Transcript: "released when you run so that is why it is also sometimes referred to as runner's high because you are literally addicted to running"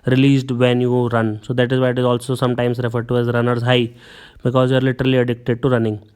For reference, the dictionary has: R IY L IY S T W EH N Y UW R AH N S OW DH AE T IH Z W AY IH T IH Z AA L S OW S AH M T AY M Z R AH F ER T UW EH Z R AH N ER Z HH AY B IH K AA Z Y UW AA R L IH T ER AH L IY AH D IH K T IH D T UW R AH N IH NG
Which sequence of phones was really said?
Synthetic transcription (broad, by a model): R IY L IY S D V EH N Y UW R AH N S OW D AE T IH Z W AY IH T IH Z AA L S OW S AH M T AY M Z R AH F ER T UW EH Z R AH N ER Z HH AY B IH K AA Z Y UW AA R L IH T ER AH L IY AH D IH K T IH D T UW R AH N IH NG